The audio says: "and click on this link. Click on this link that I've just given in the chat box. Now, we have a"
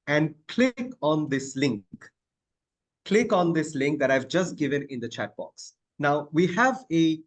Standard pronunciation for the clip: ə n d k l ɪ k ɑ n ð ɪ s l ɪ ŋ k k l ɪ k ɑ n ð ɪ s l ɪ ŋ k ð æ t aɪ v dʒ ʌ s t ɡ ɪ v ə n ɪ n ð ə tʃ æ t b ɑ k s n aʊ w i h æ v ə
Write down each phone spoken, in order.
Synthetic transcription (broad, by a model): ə n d k l ɪ k ɑ n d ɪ s l ɪ ŋ k k l ɪ k ɑ n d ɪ s l ɪ ŋ k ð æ t aɪ v dʒ ʌ s t ɡ ɪ v ə n ɪ n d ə tʃ æ t b ɑ k s n aʊ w i h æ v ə